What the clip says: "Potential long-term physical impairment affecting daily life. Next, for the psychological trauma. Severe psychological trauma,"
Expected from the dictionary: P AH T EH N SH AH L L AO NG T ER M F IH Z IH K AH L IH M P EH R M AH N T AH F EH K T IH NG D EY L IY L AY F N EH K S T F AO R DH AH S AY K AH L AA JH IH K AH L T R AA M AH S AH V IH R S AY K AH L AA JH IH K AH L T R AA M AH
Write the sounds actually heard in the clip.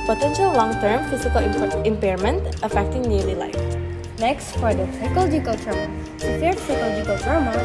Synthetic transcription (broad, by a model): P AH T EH N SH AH L L AO NG T ER M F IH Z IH K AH L IH M P EH R M AH N T AH F EH K T IH NG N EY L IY L AY F N EH K S T F AO R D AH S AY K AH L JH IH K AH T AA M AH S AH P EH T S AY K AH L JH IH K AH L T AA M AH